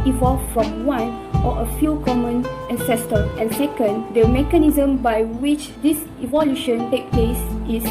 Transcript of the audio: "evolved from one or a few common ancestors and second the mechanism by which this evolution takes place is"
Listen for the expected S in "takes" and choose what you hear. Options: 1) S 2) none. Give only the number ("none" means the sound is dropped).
2